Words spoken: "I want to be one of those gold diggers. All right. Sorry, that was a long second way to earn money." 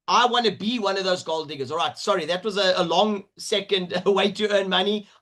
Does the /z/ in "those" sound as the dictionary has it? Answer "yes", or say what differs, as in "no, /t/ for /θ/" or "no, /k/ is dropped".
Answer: yes